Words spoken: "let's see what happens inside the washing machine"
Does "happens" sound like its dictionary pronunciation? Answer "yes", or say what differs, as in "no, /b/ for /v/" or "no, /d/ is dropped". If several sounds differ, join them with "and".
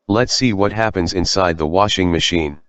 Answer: yes